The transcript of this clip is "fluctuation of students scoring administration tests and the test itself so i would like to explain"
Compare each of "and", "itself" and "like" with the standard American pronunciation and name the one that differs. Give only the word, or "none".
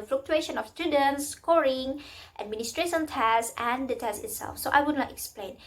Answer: like